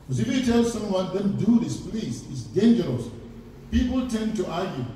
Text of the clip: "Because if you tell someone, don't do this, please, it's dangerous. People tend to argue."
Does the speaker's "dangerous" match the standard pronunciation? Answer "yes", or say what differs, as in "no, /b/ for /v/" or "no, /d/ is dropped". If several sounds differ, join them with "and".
yes